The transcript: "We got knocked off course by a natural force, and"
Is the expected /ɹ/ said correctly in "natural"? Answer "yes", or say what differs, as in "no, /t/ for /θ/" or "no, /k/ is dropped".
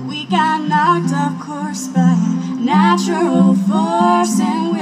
no, /ɹ/ is dropped